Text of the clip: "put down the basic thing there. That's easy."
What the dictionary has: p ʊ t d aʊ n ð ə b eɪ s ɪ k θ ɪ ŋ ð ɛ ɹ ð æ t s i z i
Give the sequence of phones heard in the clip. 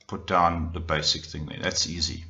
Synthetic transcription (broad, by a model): p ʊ t d aʊ n ð ə b eɪ s ɪ k θ ɪ ŋ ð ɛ ð æ t s i z i